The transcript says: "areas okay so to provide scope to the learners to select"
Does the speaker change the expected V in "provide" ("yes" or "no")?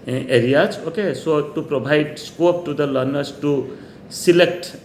yes